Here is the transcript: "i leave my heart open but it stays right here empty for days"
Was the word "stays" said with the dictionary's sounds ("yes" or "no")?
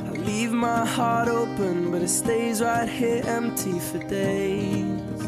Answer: yes